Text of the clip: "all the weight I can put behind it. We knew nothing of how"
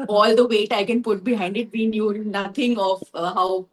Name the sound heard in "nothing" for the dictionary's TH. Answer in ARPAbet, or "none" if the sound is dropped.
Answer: T